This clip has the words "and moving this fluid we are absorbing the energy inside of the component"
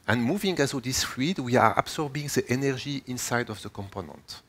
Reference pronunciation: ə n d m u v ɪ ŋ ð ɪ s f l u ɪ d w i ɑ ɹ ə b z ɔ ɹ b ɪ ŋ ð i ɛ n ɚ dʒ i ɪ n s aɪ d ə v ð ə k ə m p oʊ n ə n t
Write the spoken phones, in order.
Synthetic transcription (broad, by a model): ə n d m u v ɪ ŋ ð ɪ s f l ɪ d w i ɑ ɹ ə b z ɔ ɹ b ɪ ŋ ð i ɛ n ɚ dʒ i ɪ n s aɪ d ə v ð ə k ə m p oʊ n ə n t